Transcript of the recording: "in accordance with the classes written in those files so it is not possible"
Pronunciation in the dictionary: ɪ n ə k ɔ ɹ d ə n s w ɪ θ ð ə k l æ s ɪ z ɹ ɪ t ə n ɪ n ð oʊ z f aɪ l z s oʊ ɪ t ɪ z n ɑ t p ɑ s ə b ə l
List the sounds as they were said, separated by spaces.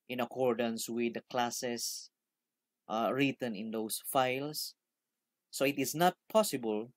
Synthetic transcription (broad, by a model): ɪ n ə k ɔ ɹ d ə n s w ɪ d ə k l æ s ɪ s ɹ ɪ t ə n ɪ n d oʊ s f aɪ l s oʊ ɪ t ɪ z n ɑ t p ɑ s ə b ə l